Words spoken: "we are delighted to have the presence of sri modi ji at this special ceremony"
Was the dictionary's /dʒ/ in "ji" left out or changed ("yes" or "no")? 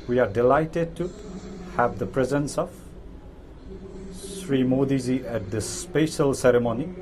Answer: yes